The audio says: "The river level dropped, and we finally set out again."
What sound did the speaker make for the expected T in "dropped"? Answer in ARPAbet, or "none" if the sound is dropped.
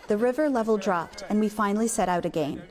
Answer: T